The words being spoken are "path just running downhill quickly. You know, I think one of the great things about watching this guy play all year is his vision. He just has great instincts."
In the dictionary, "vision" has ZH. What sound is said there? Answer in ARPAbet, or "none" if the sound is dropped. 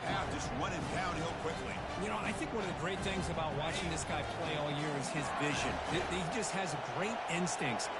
ZH